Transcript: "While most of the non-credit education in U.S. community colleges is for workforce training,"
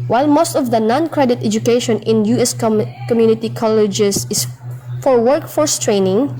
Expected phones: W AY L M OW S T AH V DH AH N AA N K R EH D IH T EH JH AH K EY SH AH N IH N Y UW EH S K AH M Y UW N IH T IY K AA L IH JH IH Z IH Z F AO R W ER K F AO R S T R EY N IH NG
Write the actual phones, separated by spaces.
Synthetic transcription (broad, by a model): W AY L M OW S T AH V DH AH N AA N K R EH D IH T EH JH AH K EY SH AH N IH N Y UW EH S K AH M Y UW N IH T IY K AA L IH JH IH S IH S F AO R W ER K F AO R S T R EY N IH NG